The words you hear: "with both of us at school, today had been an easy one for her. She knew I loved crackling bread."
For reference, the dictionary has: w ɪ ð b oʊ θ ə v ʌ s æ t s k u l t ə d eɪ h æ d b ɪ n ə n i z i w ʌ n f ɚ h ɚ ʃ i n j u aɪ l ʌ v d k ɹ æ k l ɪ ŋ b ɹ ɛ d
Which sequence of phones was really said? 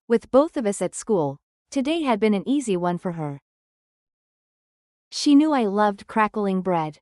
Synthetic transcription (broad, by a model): w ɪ ð b oʊ θ ə v ʌ s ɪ t s k u l t ə d eɪ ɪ d b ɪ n ə n i z i w ʌ n f ɚ ɚ ʃ i n j u aɪ l ʌ v d k ɹ æ k l ɪ ŋ b ɹ ɛ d